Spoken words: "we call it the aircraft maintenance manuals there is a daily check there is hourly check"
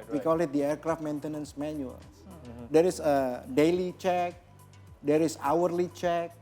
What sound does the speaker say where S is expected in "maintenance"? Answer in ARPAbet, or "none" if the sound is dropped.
S